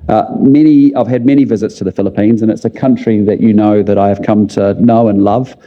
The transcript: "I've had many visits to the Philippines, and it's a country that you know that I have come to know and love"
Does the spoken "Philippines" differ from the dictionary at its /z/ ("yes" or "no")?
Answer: no